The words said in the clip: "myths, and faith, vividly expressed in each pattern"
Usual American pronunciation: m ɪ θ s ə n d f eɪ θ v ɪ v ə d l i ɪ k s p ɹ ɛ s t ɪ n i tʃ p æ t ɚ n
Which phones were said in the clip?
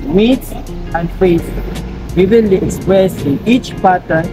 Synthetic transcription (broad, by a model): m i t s ə n d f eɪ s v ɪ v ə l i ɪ k s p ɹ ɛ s ɪ n i tʃ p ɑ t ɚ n